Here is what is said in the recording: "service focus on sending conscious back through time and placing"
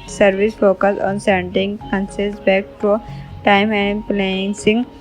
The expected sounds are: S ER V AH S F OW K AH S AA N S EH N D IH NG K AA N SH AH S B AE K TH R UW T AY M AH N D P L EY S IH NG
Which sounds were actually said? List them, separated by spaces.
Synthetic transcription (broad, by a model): S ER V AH S F OW K AH S AA N S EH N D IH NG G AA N S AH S B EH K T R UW T AY M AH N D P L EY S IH NG